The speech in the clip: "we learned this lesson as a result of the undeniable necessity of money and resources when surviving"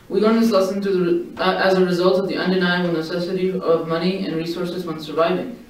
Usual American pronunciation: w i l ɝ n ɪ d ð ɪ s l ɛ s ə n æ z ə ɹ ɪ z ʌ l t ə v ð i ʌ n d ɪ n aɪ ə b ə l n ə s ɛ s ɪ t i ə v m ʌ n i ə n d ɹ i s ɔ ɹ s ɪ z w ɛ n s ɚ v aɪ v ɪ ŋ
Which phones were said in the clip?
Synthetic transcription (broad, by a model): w i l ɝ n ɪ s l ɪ s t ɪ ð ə æ z ə ɹ ɪ z ʌ l t ə v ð i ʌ n d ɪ n aɪ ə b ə l n ə s ɛ s ɪ t i ə v m ʌ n i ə n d ɹ i s ɔ ɹ s ɪ z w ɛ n s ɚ v aɪ v ɪ ŋ